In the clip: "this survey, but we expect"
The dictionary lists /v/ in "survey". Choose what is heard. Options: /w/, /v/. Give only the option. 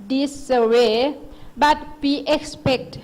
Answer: /w/